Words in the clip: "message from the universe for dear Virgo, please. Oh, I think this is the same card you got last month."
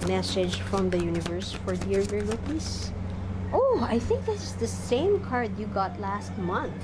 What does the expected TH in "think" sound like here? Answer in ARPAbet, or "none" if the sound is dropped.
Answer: TH